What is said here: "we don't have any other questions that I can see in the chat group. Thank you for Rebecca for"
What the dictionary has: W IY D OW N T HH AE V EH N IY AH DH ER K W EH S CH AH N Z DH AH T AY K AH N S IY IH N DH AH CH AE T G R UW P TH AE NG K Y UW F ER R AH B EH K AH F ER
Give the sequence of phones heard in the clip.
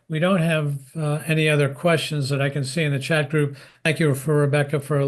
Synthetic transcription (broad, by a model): W IY D OW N T HH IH V EH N IY AH DH ER K W EH S CH AH N Z DH AH T AY K AH N S IY IH N DH AH CH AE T G R UW P TH AE NG K Y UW F ER R AH B EH K AH F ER